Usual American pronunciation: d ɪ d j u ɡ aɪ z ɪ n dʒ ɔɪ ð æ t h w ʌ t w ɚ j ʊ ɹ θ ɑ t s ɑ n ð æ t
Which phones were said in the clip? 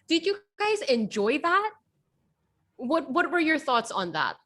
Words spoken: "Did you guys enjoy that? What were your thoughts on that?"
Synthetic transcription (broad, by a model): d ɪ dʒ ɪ ɡ aɪ z ɪ n dʒ ɔɪ ð æ t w w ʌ t w ɚ j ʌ ɹ θ ɑ t s n ð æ t